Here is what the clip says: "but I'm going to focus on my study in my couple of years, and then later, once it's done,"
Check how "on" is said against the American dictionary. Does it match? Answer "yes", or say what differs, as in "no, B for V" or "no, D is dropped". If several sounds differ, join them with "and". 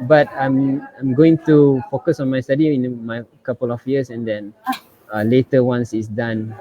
yes